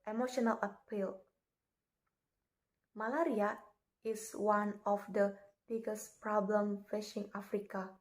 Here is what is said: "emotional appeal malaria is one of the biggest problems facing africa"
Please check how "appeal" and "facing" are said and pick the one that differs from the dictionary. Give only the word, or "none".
facing